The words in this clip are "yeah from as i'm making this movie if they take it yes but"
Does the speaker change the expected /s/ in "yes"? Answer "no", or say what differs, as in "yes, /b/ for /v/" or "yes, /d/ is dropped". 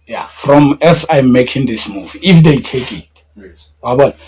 yes, /s/ is dropped